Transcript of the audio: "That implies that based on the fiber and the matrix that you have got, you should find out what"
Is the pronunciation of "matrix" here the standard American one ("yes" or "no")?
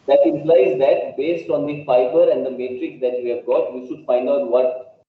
yes